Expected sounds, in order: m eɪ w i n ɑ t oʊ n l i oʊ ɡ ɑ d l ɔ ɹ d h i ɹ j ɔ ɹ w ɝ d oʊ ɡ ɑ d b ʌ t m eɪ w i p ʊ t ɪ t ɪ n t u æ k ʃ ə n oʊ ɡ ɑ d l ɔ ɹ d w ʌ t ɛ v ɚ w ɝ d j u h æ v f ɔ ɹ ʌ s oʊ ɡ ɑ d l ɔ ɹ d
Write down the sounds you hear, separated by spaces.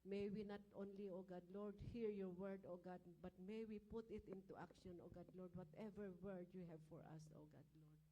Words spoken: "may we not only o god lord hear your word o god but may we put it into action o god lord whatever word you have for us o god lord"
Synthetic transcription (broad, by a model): m eɪ w i n ɑ t oʊ n l i oʊ ɡ ɑ d l ɔ ɹ d h i ɹ j ɔ ɹ w ɝ d oʊ ɡ ɑ d b ʌ t m eɪ w i p ʊ t ɪ t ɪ n t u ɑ k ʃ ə n oʊ ɡ ɑ d l ɔ ɹ d w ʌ t ɛ v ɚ w ɝ d j u h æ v f ɔ ɹ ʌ s oʊ ɡ ɑ d l ɔ ɹ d